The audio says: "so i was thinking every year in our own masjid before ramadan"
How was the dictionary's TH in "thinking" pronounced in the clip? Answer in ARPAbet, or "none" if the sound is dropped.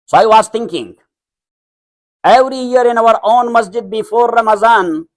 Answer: T